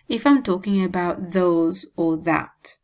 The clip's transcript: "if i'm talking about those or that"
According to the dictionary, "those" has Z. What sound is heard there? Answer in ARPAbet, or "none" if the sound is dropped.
Z